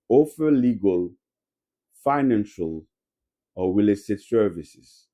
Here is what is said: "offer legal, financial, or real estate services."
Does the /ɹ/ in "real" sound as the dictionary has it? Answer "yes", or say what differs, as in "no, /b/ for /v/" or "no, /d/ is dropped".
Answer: no, /w/ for /ɹ/